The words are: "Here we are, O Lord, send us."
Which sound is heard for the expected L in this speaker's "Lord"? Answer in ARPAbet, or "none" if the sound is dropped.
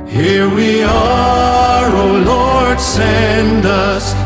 L